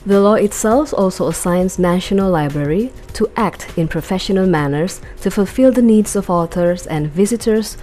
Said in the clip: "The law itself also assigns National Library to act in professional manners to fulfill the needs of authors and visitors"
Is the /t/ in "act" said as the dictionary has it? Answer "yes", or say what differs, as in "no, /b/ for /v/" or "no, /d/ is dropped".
yes